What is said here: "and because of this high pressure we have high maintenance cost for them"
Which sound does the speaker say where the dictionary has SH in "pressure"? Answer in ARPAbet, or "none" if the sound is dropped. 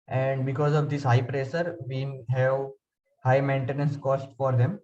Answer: S